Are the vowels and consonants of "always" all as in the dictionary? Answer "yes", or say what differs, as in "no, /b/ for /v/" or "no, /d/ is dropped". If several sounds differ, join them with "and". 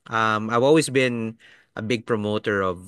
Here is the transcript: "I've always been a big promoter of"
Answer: no, /s/ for /z/